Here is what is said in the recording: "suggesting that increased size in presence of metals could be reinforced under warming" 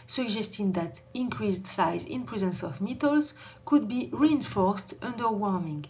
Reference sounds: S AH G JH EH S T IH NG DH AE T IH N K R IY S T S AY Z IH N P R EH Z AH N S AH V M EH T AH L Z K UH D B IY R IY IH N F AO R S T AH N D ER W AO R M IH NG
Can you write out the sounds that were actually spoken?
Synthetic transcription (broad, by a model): S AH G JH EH S T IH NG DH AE T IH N K R IY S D S AY Z IH N P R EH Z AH N S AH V M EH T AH L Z K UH D B IY R IY IH N F AO R S T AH N D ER W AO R M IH NG